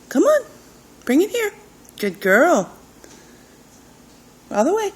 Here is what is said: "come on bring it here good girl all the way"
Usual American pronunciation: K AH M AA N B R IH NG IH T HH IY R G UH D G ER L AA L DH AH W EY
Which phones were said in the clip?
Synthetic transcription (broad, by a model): K AH M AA N B R IH NG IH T HH IY R G UH D G ER L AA L DH AH W EY